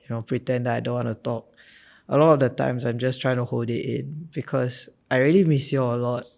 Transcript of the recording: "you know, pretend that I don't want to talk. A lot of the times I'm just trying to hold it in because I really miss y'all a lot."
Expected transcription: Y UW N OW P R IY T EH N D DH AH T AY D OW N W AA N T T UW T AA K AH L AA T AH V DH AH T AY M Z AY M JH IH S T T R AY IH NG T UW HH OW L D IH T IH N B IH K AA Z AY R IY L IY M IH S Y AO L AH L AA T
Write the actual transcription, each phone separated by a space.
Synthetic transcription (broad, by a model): Y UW N OW P R IY T EH N D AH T AY D OW N W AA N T T UW T AA K AH L AA T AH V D AH T AY M S AY M JH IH S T T R AY IH NG T UW HH OW L D IH T IH N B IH K AA S AY R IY L IY M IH S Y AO AH L AA T